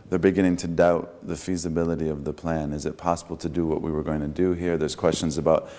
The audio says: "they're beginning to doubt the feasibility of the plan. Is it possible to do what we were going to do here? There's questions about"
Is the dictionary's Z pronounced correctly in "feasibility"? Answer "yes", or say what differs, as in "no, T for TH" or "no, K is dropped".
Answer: yes